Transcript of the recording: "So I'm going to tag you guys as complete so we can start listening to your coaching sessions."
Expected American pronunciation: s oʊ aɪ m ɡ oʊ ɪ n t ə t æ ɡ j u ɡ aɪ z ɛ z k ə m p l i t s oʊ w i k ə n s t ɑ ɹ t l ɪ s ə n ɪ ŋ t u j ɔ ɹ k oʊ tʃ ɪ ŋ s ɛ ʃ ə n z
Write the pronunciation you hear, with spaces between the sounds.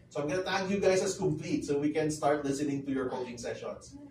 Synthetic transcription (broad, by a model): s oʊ aɪ m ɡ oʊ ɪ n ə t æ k j u ɡ aɪ s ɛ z k ə m p l i t s oʊ w i k ə n s t ɑ ɹ t l ɪ s ə n ɪ ŋ t u j ɔ ɹ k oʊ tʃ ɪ ŋ s ɛ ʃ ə n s